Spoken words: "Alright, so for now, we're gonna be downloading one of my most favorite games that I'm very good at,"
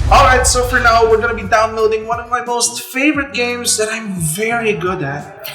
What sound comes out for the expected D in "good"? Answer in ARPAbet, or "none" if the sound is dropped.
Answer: D